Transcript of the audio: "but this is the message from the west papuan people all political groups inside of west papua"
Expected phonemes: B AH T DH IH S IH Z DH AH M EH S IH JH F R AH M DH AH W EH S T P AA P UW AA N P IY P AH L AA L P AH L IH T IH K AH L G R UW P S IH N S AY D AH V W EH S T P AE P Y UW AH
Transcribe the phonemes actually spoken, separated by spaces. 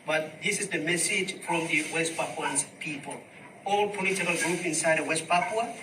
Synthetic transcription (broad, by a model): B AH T DH IH S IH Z DH AH M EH S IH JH F R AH M DH AH W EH S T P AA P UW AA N P IY P AH L AA L P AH L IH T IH K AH L G R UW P IH N S AY D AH W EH S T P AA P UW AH